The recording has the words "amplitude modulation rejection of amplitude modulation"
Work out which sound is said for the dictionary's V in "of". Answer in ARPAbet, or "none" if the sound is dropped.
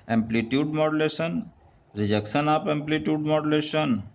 P